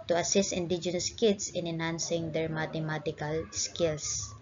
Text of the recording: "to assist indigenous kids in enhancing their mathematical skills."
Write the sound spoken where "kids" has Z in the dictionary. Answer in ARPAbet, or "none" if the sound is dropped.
S